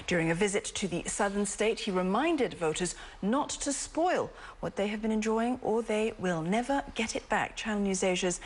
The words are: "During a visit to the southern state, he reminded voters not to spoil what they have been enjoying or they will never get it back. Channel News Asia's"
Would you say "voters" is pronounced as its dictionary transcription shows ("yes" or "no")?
yes